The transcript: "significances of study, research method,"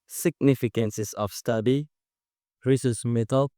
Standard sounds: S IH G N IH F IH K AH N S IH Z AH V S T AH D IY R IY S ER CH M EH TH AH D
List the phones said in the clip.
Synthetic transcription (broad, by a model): S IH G N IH F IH K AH N S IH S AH F S T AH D IY R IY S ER S M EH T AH